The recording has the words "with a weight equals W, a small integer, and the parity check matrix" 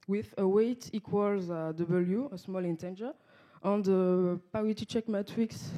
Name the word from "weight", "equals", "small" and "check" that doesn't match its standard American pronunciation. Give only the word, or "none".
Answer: none